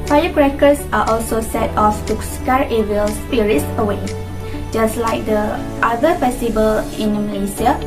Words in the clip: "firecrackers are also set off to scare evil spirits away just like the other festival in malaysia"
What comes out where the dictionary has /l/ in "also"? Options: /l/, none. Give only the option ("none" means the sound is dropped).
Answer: /l/